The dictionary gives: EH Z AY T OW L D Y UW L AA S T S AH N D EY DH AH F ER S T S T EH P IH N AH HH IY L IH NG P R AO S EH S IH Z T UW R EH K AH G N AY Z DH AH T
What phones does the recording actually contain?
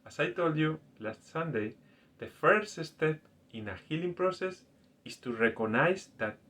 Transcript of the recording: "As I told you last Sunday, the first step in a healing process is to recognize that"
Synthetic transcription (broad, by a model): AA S AY T OW L D Y UW L AA S T S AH N D EY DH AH F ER S T S T EH P IH N AH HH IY L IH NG P R AO S EH S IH S T UW R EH K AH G N AY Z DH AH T